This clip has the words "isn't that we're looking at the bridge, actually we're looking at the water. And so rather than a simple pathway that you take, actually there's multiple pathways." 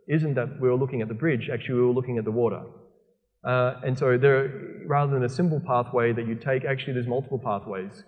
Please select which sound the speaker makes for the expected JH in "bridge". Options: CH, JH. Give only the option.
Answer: JH